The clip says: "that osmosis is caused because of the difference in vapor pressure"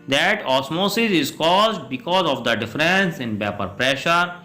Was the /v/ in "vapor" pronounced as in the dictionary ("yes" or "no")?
no